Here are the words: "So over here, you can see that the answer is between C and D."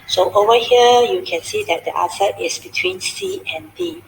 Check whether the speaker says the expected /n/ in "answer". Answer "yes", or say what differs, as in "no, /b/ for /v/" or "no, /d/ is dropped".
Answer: no, /n/ is dropped